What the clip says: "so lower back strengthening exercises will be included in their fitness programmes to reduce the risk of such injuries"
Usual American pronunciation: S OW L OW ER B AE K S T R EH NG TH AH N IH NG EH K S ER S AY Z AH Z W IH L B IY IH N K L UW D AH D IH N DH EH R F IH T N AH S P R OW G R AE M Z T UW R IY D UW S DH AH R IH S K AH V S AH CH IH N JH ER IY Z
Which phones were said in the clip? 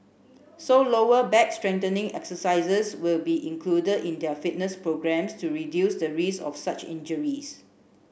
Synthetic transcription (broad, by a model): S OW L OW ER B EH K S T R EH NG T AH N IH NG EH K S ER S AY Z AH S W IH L B IY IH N K L UW D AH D IH N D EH F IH T N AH S P R OW G R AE M S T UW R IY D UW S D AH R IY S AH F S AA CH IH N JH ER IY S